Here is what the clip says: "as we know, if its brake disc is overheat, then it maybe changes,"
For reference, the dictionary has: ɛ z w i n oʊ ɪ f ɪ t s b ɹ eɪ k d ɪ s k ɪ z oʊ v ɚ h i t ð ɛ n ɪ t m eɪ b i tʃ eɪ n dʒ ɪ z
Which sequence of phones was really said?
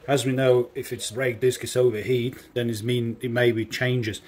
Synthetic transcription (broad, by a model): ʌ z w i n oʊ ɪ f ɪ t s ɹ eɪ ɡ d ɪ s k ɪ s oʊ v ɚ h i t ð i n ɪ t m eɪ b i tʃ eɪ n dʒ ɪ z